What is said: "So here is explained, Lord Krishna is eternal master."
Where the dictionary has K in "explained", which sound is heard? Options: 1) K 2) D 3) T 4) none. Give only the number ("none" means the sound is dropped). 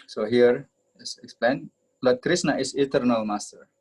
1